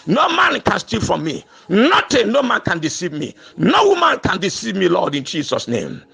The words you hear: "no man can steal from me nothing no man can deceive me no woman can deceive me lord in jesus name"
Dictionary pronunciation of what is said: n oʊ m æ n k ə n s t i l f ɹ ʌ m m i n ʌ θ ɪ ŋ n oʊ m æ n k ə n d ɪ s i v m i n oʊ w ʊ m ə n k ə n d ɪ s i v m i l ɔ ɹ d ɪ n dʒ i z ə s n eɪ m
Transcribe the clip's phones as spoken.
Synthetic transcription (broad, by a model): n oʊ m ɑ n k ə n s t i f ɹ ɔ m m i n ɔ t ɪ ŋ n oʊ m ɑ n k ə n d ɪ s i v m i n oʊ w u m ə n k ə n d ɪ s i v m i l ɔ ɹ d ɪ n dʒ i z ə s n eɪ m